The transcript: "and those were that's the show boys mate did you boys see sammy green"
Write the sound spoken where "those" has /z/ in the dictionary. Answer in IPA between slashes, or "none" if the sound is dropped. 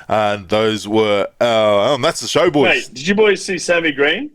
/z/